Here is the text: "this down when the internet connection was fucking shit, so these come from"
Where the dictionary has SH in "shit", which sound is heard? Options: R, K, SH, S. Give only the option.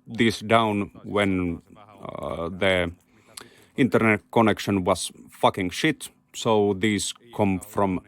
SH